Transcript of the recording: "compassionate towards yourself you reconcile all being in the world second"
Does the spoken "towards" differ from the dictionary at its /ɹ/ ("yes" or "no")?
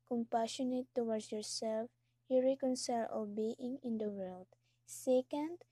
yes